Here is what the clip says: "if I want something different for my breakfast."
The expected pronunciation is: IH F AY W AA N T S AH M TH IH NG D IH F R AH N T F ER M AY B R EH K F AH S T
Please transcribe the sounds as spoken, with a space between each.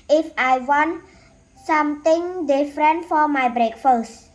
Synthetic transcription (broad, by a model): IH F AY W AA N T S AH M T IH NG D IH F R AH N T F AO M AY B R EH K F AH S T